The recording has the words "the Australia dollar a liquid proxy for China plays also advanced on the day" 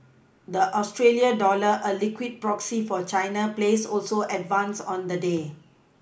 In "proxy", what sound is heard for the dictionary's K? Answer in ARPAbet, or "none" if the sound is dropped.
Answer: K